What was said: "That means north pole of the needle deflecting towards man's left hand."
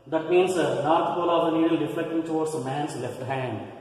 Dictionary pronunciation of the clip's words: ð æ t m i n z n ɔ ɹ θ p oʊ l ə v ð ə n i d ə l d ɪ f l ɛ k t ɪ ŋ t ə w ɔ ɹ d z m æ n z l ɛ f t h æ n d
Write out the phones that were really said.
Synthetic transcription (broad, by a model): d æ t m i n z n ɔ ɹ t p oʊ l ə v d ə n i d ə l d ɪ f l ɛ k t ɪ ŋ t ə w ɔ ɹ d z m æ n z l ɛ f t h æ n d